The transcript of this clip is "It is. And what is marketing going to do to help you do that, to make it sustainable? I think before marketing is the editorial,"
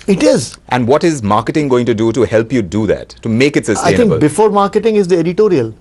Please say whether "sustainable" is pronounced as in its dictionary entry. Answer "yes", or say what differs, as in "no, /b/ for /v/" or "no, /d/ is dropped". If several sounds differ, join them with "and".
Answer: no, /n/ is dropped and /b/ is dropped